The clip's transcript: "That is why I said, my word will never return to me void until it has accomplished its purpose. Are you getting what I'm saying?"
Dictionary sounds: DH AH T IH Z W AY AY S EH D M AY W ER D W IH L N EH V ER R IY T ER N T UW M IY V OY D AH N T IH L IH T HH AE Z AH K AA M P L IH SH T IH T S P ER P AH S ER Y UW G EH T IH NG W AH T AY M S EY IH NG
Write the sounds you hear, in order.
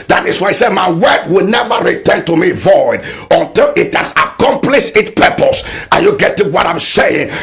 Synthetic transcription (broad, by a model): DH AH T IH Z W AY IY S EH D M AY W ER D W IH L N EH V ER R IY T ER N T UW M IY V OY D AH N T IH L IH T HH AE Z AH K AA M P L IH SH IH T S P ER P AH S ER Y UW G EH T IH NG W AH T AY M S EY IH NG